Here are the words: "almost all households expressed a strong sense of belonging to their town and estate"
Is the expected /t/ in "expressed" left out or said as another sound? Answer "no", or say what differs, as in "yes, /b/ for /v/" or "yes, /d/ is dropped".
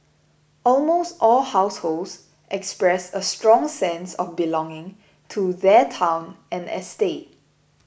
yes, /t/ is dropped